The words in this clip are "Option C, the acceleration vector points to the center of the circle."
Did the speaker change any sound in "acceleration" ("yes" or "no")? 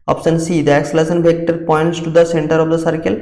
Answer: yes